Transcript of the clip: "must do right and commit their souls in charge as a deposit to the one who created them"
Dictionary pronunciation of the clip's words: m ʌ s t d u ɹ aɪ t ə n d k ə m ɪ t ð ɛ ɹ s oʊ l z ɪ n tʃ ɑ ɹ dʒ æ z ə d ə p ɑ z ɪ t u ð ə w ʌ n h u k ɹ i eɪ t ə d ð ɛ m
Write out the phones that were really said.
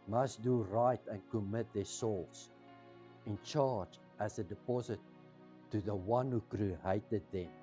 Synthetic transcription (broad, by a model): m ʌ s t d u ɹ aɪ t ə n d k ə m ɪ t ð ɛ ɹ s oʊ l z ɪ n tʃ ɑ ɹ dʒ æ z ə d ə p ɑ z ɪ t u ð ə w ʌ n h u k ɹ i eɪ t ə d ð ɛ m